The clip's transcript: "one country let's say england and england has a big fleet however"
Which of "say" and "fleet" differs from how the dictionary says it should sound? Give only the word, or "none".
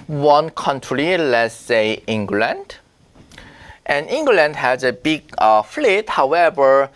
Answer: none